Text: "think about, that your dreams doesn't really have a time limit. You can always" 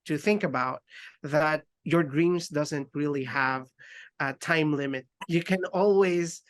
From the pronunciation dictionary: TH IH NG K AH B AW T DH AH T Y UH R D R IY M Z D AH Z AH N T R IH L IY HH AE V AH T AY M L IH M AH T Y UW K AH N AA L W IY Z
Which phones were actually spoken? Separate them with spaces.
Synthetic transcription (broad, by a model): TH IH NG K AH B AW T DH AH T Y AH R D R IY M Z D AH Z AH N T R IH L IY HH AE V AH T AY M L IH M AH T Y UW K AH N AA L W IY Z